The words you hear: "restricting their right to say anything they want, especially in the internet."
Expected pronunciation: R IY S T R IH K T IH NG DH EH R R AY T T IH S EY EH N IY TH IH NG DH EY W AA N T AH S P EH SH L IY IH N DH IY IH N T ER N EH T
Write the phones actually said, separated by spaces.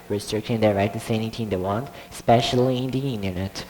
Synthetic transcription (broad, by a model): R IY S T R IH K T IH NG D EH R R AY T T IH S EY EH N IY T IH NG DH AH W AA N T S P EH SH L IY IH N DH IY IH N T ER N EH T